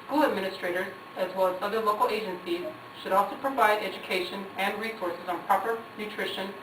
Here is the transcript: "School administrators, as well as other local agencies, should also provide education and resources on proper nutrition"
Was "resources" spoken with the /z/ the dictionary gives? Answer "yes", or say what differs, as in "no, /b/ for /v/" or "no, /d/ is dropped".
yes